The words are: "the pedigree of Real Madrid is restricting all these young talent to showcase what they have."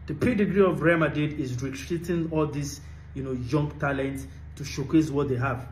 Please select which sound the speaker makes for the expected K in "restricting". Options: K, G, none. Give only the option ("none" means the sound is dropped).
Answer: none